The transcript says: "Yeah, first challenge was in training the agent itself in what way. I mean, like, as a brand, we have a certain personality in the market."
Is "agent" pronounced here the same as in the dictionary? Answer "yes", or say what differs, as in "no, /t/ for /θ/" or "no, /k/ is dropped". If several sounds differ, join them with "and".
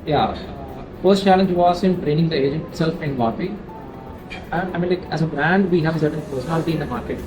yes